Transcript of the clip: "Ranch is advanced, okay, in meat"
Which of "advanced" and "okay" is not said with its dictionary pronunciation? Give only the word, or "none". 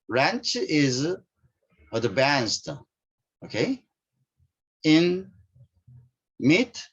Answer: advanced